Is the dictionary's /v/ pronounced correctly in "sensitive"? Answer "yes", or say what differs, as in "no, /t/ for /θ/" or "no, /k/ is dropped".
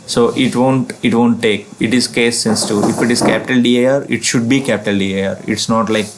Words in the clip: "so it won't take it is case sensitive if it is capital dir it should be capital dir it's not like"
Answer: no, /v/ is dropped